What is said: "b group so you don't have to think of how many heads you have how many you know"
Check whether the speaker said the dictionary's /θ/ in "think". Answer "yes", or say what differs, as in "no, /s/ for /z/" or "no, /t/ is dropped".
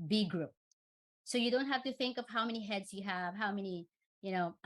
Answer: yes